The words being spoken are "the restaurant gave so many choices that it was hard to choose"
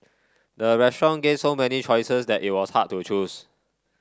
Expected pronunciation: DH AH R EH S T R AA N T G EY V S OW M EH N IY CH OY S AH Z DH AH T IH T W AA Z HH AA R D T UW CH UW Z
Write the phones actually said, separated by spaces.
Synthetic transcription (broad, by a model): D AH R EH S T R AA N G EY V S OW M EH N IY CH OY S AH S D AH T IH T W AA S HH AA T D T UW CH UW S